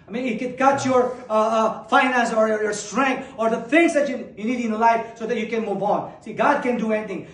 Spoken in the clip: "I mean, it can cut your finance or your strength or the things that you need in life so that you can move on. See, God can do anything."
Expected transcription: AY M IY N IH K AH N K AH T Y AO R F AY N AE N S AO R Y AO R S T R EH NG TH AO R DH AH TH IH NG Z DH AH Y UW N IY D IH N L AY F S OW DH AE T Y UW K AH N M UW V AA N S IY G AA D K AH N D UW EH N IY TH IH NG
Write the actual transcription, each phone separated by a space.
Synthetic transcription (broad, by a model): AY M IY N IH K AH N K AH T Y AO R F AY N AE N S AO R Y AO R S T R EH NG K AO R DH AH F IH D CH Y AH Y UW N IY D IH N L AY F S OW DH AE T Y UW K AH N M UW V AA N S IY G AA D K AH N D UW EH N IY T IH NG